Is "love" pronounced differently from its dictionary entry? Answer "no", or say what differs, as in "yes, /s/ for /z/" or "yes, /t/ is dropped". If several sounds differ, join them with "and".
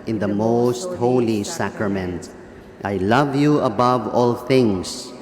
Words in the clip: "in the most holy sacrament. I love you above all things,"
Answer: no